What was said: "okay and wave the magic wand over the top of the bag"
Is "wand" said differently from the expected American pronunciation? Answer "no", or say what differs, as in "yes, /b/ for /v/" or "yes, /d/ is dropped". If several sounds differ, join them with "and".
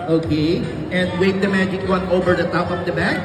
yes, /d/ is dropped